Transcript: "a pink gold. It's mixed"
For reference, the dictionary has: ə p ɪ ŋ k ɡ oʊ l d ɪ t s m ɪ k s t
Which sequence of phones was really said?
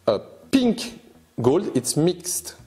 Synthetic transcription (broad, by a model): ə p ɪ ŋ k ɡ oʊ l d ɪ t s m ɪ k s t